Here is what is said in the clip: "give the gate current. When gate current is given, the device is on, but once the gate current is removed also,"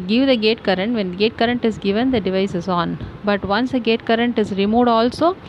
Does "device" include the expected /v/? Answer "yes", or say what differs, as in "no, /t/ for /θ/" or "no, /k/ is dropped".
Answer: yes